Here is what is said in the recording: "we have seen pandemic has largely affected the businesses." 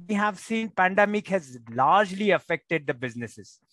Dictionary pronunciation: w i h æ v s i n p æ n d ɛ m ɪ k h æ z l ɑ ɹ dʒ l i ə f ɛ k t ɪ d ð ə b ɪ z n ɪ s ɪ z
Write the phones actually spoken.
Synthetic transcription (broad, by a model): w i h æ v s i n p æ n d ɛ m ɪ k h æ z l ɑ ɹ dʒ l i ə f ɛ k t ɪ d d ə b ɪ z n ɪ s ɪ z